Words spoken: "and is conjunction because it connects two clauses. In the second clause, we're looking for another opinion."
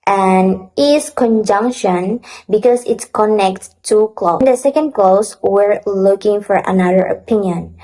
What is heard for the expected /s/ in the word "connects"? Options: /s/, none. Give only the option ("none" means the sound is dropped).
none